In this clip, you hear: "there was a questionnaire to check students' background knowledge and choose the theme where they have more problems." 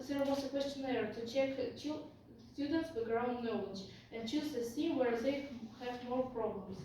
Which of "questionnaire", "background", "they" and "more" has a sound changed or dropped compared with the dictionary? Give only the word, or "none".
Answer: background